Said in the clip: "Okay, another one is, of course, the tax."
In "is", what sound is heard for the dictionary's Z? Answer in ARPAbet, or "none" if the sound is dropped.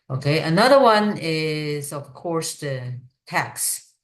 Z